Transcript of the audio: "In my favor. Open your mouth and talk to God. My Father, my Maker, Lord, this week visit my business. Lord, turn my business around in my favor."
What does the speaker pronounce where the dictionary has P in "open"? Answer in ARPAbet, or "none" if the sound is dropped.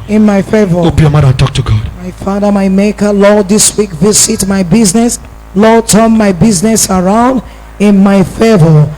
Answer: B